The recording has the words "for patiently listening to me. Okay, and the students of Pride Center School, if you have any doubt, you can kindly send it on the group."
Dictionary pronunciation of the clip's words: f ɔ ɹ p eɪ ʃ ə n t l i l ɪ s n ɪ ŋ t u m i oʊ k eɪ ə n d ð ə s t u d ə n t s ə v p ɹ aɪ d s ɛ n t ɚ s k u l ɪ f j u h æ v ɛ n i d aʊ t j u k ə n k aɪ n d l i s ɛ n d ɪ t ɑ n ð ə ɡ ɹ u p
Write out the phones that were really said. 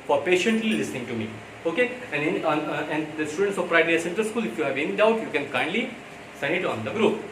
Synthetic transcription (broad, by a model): f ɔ ɹ p eɪ ʃ ə n t l i l ɪ s n ɪ ŋ t u m i oʊ k eɪ ə n d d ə s t u d ə n t s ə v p ɹ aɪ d s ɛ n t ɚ s k u l ɪ f j u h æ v ɛ n i d aʊ t j u k ə n k aɪ n d l i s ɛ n ɪ t ɑ n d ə ɡ ɹ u p